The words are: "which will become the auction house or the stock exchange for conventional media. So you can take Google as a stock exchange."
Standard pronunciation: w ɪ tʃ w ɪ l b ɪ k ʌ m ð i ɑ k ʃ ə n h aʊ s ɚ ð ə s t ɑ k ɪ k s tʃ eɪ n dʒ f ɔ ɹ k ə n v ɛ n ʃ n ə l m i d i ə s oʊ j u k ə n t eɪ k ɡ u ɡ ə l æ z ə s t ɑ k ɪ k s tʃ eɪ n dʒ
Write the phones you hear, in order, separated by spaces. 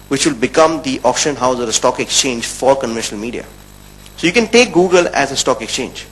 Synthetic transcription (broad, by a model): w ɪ tʃ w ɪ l b ɪ k ʌ m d i ɑ k ʃ ə n h aʊ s ɚ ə s t ɑ k ɪ k s tʃ eɪ n dʒ f ɔ ɹ k ə n v ɛ n ʃ n ə l m i d i ə s oʊ j u k ə n t eɪ k ɡ u ɡ ə l æ z ə s t ɑ k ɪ k s tʃ eɪ n dʒ